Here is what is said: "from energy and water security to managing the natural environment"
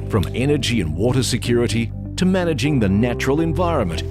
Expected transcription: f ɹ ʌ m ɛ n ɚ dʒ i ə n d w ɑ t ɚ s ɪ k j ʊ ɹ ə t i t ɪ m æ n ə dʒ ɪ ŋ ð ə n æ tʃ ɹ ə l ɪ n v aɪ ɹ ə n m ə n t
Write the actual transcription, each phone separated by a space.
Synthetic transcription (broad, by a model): f ɹ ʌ m ɛ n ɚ dʒ i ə n w ɑ t ɚ s ɪ k j ʊ ɹ ə t i t ɪ m æ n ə dʒ ɪ ŋ ð ə n æ tʃ ɹ ə l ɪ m v aɪ ɹ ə n m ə n t